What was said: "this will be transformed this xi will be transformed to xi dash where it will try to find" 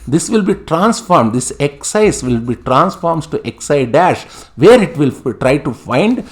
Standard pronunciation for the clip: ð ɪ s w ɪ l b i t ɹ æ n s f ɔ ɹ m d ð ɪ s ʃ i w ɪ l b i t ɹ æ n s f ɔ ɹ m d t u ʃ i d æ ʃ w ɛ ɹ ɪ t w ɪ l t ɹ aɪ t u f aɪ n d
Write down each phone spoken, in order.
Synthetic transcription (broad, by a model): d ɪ s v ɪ l b i t ɹ æ n s f ɔ ɹ m d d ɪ s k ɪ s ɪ l b i t ɹ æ n s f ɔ ɹ m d t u s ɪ d æ ʃ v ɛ ɹ ɪ t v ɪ l t ɹ aɪ t u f aɪ n d